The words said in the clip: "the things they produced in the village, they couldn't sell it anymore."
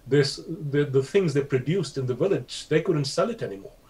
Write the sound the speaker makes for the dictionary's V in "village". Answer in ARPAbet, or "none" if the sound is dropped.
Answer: V